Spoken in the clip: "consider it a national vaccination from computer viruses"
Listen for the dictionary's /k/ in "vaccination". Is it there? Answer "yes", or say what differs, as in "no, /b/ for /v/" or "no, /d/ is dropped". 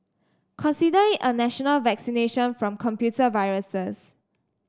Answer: yes